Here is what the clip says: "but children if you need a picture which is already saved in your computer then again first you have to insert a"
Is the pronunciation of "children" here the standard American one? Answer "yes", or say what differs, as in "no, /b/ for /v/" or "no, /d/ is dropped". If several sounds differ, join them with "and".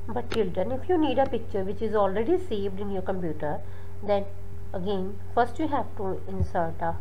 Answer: no, /ɹ/ is dropped